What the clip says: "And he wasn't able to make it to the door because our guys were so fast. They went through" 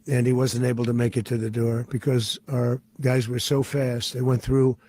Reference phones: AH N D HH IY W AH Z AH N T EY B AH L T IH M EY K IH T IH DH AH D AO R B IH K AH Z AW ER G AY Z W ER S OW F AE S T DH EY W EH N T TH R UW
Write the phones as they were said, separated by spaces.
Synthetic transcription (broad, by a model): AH N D IY W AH Z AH N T EY B L T IH M EY K IH T IH DH AH D AO R B IH K AH Z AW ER G AY Z W ER S OW F AE S T DH EY W EH N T TH R UW